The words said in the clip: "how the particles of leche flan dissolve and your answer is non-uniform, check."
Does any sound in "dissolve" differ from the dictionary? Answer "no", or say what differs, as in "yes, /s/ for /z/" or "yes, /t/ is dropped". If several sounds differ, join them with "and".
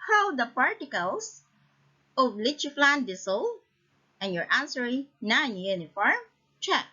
yes, /s/ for /z/ and /v/ is dropped